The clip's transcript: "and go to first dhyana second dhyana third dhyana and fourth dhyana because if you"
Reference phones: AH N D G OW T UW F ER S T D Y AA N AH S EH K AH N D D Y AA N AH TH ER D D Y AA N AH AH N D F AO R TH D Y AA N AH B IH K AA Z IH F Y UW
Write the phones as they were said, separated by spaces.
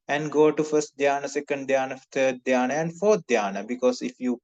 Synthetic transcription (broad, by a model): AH N D G OW T UW F ER S T D Y AA N AH S EH K AH N D D Y AA N AH T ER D D Y AA N AH AH N D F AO R T D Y AA N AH B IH K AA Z IH F Y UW